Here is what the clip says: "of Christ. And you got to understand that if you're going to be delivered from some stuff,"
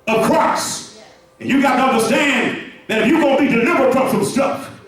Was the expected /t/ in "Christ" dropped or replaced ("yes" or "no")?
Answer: yes